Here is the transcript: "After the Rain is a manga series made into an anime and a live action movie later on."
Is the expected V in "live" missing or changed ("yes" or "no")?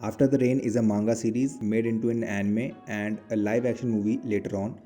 no